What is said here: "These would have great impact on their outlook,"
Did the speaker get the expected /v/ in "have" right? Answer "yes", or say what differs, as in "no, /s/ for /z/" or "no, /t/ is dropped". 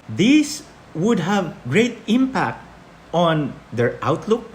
yes